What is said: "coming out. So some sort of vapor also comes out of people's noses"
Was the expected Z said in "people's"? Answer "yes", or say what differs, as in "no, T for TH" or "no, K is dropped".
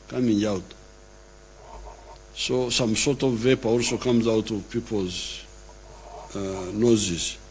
yes